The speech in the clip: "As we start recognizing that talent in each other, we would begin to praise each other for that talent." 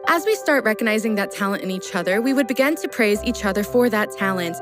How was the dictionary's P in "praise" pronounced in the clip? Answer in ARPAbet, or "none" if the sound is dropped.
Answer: P